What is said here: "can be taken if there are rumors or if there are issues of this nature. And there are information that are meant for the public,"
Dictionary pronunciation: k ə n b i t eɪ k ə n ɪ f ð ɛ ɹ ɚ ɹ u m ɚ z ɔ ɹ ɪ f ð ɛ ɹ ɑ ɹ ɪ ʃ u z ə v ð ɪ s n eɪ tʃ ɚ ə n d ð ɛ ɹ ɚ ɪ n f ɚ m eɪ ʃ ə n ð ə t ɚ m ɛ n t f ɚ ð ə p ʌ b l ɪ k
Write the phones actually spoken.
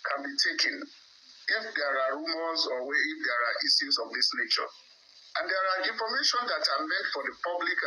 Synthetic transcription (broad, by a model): k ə n b i t eɪ k ə n ɪ f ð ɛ ɹ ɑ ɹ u m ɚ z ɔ w ɪ f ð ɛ ɹ ɑ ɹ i s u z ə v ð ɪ s n eɪ tʃ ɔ ə n d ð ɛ ɹ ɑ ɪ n f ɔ m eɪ ʃ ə n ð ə t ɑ m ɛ n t f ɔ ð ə p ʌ b l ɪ k